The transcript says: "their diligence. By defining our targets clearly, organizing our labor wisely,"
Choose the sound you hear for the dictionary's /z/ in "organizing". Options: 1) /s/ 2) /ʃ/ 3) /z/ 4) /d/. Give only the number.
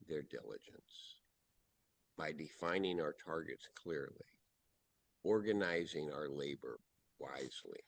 3